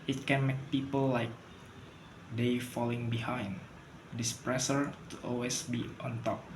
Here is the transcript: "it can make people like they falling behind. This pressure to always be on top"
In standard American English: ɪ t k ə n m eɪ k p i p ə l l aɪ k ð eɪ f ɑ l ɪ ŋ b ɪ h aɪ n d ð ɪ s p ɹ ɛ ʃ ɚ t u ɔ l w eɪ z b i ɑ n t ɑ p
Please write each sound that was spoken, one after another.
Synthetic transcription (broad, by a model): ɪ t k ə n m eɪ k p i p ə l l aɪ k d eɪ f ɑ l ɪ ŋ b ɪ h aɪ n d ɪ s p ɹ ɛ s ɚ t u ɔ l w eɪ s b i ɑ n t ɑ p